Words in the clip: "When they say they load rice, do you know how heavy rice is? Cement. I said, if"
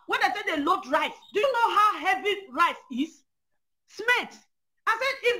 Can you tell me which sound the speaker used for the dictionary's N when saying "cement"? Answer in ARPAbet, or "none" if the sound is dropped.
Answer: L